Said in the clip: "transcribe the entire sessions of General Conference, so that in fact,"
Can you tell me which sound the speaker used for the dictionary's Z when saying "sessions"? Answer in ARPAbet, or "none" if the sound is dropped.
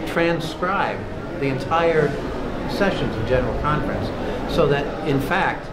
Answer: Z